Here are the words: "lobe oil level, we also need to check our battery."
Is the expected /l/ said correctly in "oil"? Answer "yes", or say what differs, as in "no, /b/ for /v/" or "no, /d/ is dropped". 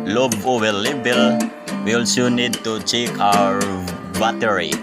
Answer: no, /w/ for /l/